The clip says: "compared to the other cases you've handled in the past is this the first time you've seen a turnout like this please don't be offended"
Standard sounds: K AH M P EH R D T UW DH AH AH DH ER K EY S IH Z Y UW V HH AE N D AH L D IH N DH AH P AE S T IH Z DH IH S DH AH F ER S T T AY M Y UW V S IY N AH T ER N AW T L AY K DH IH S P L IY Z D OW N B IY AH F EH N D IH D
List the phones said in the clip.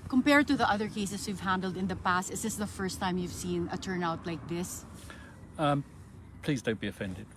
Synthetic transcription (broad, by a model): K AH M P EH R D T UW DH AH AH DH ER K EY S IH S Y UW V HH AE N D AH L D IH N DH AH P AE S T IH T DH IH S DH AH F ER S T T AY M Y UW V S IY N AH T ER N AW T L AY K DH IH S P L IY Z D OW N B IY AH F EH N D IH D